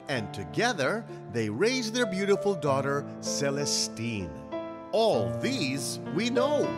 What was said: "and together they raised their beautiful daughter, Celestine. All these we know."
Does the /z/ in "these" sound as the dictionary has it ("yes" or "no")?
yes